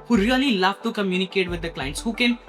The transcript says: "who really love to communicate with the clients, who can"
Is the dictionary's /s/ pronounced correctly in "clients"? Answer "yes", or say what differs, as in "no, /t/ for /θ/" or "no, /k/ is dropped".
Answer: yes